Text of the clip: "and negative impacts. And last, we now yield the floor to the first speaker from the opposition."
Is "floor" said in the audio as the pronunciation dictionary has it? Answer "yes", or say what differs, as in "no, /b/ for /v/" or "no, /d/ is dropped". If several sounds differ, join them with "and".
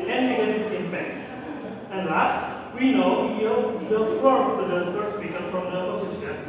no, /l/ is dropped